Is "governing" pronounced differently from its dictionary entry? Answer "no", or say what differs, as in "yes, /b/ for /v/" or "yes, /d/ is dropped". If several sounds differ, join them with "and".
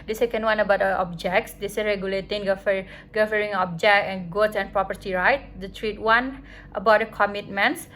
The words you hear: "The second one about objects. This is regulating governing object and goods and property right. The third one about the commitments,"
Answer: yes, /n/ is dropped